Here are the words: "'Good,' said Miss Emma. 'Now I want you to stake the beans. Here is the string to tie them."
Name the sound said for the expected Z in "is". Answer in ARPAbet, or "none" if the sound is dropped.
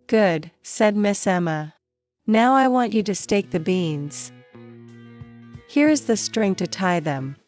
Z